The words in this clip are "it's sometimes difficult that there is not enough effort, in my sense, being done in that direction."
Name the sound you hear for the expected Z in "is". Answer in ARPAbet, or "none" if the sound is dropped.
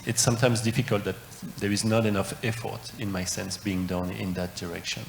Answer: Z